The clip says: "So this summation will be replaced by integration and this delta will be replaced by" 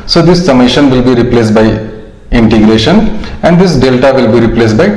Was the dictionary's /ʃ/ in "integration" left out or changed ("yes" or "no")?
no